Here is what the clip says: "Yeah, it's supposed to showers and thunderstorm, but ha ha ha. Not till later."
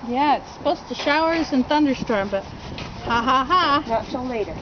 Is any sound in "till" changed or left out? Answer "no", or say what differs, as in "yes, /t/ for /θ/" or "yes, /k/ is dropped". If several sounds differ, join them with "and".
yes, /s/ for /t/